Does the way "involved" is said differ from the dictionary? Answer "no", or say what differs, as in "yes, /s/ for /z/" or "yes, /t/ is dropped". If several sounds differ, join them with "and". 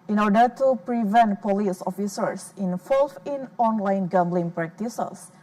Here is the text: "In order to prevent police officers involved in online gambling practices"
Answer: yes, /d/ is dropped